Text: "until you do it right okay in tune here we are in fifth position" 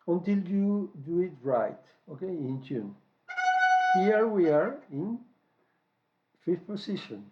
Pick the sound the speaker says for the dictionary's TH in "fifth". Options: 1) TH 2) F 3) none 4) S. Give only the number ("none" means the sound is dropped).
2